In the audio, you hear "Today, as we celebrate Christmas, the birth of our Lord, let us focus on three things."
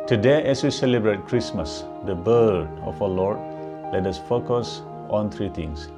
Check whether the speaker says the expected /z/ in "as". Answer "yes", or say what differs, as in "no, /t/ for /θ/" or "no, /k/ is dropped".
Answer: no, /s/ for /z/